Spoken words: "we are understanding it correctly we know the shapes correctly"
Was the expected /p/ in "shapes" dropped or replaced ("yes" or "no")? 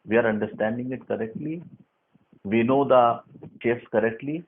yes